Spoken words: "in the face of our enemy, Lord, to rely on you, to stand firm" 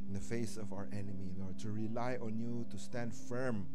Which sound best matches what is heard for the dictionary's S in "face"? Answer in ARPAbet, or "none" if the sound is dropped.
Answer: S